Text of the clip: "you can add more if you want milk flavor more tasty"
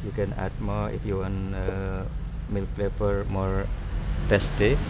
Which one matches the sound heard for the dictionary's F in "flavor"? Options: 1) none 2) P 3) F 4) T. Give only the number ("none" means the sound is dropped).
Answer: 2